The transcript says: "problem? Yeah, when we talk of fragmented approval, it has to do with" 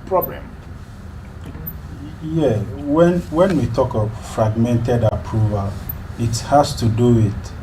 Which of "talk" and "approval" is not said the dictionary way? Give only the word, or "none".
none